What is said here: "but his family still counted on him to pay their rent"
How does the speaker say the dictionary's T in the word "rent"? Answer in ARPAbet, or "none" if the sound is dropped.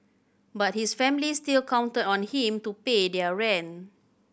none